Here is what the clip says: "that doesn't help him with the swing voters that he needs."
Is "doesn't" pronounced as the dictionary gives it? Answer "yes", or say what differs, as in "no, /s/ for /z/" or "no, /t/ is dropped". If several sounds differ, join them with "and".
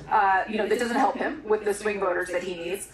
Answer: yes